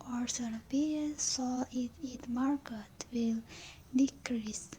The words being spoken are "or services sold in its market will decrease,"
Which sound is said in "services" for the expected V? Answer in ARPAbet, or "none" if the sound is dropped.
P